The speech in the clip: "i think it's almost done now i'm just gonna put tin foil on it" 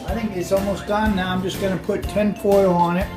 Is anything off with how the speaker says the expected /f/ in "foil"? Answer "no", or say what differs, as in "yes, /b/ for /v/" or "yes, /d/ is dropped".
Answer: yes, /p/ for /f/